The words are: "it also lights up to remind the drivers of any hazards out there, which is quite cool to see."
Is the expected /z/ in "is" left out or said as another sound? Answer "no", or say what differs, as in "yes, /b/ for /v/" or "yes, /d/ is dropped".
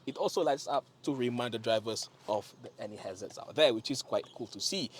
yes, /s/ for /z/